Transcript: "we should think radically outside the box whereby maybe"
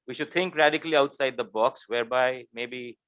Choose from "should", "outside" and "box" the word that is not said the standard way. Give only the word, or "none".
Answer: none